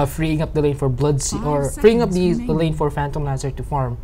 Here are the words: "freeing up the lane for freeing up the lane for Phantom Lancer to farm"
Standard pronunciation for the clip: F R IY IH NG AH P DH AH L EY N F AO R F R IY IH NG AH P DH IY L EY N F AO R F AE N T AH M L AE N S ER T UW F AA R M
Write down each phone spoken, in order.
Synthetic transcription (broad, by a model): F R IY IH NG AH P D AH L EY N F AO R F R IY IH NG AH P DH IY L EY N F AO R F AE N T AH M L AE S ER T UW F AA R M